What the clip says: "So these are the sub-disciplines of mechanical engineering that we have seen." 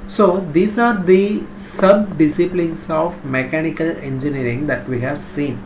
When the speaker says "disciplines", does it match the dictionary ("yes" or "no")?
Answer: no